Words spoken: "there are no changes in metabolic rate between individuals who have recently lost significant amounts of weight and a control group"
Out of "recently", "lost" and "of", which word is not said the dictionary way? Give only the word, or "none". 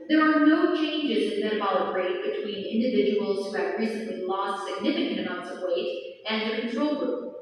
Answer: none